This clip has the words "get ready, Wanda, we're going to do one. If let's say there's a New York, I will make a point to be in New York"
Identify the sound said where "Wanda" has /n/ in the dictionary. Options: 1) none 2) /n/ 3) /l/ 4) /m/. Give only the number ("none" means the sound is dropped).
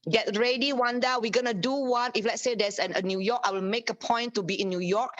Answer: 2